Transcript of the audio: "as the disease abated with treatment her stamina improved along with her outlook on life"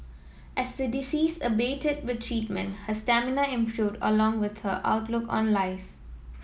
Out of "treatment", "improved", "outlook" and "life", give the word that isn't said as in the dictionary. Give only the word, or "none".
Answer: none